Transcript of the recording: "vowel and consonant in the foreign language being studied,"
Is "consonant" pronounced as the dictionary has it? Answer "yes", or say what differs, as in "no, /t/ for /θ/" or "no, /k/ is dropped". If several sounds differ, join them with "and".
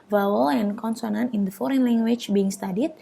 no, /t/ is dropped